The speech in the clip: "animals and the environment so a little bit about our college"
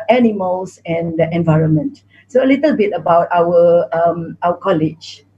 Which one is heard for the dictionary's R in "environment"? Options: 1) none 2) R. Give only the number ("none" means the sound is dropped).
2